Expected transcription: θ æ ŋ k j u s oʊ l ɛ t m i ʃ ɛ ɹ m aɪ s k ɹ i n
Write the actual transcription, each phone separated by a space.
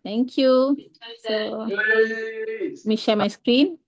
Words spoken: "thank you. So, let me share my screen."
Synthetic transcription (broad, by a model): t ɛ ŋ k j u s oʊ m i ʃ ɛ l m aɪ s k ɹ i n